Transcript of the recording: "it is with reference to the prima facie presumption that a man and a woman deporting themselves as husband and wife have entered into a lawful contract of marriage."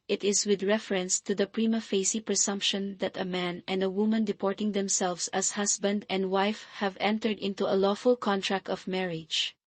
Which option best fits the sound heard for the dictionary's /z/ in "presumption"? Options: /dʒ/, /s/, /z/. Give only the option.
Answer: /s/